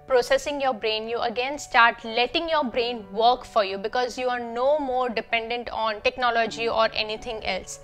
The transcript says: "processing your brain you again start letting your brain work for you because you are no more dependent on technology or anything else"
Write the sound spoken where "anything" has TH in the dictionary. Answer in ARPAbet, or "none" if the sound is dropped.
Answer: T